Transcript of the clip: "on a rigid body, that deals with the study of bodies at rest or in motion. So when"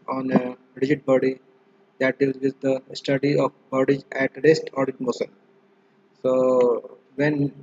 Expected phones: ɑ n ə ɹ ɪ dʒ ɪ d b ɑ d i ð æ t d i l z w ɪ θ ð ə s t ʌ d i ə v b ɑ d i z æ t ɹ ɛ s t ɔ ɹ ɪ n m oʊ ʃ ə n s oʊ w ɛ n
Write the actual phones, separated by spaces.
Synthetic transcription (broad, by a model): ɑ n ə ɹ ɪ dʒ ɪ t b ɑ d i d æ t d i l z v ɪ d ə s t ʌ d i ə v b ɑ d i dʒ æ t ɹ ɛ s t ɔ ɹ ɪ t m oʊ s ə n s oʊ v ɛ n